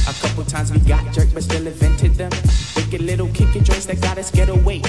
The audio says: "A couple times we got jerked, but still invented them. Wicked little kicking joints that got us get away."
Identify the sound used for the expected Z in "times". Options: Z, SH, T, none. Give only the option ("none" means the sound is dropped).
Z